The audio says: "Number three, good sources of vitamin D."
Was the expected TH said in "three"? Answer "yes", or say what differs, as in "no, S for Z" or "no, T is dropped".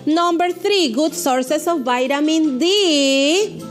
no, T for TH